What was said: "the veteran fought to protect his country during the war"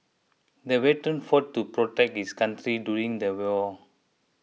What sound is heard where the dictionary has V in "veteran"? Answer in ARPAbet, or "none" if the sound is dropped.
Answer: W